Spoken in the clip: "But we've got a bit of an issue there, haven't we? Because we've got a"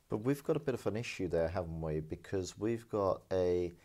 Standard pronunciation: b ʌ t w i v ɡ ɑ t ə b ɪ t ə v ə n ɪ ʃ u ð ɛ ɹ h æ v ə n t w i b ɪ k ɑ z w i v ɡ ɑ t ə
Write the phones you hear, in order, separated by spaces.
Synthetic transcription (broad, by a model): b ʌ t w i v ɡ ɑ t ə b ɪ t ə v ə n ɪ ʃ u ð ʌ ɹ h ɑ v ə n t w i b ɪ k ɑ z w i v ɡ ɑ t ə